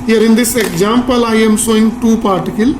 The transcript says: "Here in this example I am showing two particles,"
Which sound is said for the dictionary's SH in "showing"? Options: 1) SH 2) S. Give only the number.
2